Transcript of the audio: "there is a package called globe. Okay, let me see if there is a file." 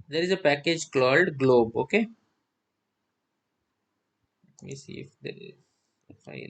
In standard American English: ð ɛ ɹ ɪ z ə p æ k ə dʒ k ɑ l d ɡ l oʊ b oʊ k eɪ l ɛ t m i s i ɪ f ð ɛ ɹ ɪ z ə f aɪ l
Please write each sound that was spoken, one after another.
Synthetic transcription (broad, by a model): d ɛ ɹ ɪ z ə p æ k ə dʒ k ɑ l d ɡ l oʊ b oʊ k eɪ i s i ɪ f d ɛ ɹ ɪ z ə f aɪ